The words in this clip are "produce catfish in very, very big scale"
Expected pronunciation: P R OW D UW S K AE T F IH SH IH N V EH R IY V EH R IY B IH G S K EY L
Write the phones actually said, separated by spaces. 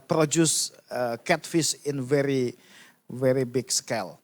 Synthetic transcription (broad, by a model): P R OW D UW S K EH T F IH S IH N V EH R IY V EH R IY B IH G S K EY L